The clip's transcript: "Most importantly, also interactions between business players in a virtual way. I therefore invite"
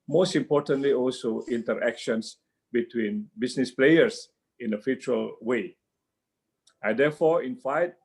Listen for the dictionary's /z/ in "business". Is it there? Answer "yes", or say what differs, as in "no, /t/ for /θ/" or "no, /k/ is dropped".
no, /s/ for /z/